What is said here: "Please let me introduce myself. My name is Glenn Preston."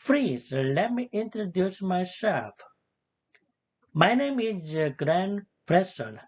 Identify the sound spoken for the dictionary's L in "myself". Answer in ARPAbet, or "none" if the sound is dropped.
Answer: none